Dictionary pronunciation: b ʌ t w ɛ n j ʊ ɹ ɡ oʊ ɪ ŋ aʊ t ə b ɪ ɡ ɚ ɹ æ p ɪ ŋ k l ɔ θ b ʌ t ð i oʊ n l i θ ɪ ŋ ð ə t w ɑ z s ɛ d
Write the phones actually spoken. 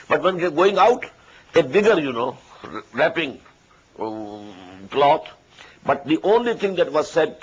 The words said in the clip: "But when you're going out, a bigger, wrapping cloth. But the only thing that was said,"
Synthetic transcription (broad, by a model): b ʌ t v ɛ n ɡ ɡ oʊ ɪ ŋ aʊ t ə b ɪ ɡ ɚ ɹ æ p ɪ ŋ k l ɔ t b ʌ t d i oʊ n l i t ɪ ŋ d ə t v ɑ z s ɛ d